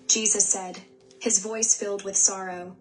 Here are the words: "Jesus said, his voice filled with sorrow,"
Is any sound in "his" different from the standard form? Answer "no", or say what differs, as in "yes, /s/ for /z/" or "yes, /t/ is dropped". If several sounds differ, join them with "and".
no